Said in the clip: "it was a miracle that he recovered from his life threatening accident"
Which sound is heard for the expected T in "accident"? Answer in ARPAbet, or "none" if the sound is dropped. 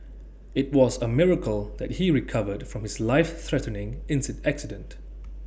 T